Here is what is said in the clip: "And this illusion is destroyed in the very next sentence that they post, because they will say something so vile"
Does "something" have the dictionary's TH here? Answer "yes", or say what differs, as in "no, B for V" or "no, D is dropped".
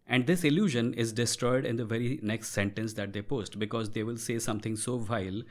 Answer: no, T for TH